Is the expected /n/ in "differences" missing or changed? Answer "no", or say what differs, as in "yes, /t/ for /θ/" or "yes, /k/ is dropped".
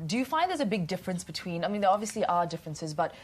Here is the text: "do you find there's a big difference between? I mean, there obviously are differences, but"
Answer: no